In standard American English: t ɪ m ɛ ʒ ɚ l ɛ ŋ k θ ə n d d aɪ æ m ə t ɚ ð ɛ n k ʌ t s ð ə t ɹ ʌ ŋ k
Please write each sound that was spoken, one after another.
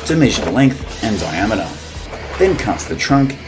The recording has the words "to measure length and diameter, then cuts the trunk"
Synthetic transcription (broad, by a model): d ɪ m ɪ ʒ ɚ l ɛ ŋ k θ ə n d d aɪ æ m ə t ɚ ð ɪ n k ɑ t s ð ə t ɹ ʌ ŋ k